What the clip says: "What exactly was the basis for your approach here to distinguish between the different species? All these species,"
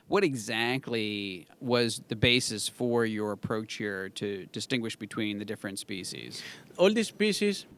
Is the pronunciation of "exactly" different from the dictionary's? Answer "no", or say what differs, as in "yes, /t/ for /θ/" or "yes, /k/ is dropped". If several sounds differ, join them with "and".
no